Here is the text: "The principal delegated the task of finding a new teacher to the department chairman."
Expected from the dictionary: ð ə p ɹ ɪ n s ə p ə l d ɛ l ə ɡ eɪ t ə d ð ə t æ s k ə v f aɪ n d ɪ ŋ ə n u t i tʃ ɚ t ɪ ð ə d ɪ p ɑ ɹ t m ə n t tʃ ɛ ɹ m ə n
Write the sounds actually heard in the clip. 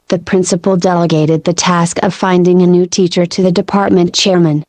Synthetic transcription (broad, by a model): ð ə p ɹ ɪ n s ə p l d ɛ l ə ɡ eɪ t ə d ð ə t æ s k ə v f aɪ n d ɪ ŋ ə n u t i tʃ ɚ t ɪ ð ə d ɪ p ɑ ɹ t m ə n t tʃ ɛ ɹ m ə n